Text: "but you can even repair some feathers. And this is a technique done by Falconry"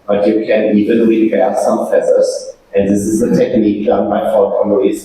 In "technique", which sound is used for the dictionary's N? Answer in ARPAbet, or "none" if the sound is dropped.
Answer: N